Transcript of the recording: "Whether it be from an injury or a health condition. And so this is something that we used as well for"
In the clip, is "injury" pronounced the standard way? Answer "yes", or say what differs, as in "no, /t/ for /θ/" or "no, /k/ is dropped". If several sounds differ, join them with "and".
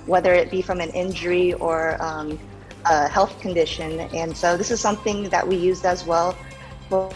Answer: yes